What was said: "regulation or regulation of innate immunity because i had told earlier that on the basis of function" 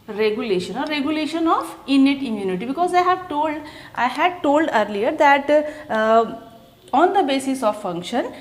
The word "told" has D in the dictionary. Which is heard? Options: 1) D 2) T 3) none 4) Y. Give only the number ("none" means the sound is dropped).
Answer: 1